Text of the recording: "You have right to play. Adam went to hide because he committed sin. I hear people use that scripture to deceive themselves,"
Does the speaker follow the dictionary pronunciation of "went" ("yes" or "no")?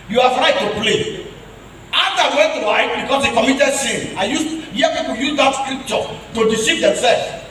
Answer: no